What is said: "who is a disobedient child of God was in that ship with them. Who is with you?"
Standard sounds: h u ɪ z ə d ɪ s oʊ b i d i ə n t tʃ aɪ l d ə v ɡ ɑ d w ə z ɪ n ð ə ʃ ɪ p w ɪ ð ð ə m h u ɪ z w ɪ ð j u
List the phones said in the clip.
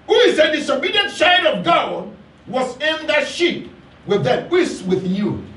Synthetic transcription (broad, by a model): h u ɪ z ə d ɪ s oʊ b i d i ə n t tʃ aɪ d ə v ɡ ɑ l w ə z ɪ n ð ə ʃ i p w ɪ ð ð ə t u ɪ s w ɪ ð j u